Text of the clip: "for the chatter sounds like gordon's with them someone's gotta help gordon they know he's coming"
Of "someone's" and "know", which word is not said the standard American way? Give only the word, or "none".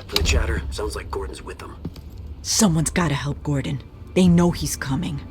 none